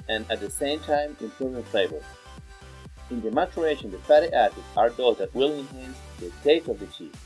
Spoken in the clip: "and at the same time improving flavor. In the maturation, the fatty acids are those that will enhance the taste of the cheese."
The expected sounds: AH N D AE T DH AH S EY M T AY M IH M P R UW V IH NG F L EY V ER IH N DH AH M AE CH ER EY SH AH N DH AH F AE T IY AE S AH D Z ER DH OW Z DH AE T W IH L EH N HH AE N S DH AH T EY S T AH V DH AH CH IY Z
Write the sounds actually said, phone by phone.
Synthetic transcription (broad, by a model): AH N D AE T DH AH S EY M T AY M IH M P UW IH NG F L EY B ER IH N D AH M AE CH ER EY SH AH N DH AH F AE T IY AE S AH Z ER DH OW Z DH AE T W IH L EH N HH AE N S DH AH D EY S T AH V DH AH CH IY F